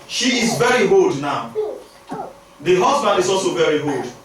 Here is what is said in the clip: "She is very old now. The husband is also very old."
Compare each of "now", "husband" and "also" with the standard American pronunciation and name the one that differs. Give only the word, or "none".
none